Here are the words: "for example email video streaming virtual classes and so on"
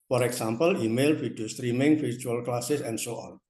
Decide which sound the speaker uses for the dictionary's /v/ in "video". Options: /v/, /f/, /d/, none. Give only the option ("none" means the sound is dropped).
/f/